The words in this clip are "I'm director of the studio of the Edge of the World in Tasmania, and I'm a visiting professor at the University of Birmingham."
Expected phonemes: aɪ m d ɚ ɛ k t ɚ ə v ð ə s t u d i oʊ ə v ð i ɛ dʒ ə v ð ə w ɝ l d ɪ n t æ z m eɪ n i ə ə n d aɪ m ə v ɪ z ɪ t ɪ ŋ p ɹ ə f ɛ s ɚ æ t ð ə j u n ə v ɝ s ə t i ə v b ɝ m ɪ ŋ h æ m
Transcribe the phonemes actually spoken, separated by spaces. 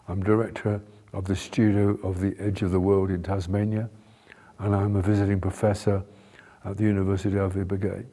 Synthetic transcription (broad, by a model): aɪ m d ɚ ɛ k t ɚ ə v ð ə s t u d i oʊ ə v ð i ɛ dʒ ə v ð ə w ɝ l d ɪ n t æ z m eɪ n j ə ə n aɪ m ə v ɪ z ɪ t ɪ ŋ p ɹ ə f ɛ s ɚ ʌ t ð ə j u n ə v ɝ s ə t i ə v b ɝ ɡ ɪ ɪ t